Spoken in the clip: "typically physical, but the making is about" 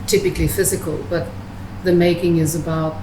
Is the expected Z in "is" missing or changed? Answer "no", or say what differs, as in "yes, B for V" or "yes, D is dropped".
no